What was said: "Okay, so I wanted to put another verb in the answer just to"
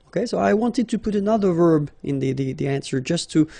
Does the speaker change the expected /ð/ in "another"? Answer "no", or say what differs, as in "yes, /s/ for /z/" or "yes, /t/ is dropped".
no